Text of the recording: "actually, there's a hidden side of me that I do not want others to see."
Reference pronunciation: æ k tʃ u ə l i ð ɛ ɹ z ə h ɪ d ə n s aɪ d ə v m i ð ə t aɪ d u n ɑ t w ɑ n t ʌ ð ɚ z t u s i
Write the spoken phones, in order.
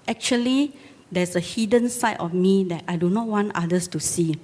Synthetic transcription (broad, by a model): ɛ k tʃ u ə l i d ɛ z ə h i d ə n s aɪ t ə f m i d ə t aɪ d u n ɑ t w ɑ n t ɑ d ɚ s t u s i